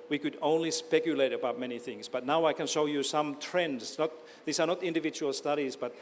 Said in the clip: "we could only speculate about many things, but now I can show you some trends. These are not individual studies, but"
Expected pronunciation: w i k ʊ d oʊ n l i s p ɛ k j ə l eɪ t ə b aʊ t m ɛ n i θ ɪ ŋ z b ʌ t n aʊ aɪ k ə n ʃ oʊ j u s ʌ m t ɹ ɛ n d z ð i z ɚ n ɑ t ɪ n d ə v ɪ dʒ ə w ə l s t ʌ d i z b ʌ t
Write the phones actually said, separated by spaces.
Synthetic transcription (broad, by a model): w i k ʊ d oʊ n l i s p ɛ k j ə l eɪ t ə b aʊ t m ɛ n i θ ɪ ŋ z b ʌ t n aʊ aɪ k ə n ʃ oʊ j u s ʌ m t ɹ ɛ n d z ð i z ɚ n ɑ t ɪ n d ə v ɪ dʒ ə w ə l s t ʌ d i z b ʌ t